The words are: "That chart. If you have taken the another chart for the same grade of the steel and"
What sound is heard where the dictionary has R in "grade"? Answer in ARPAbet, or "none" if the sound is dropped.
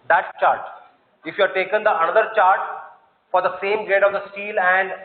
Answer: none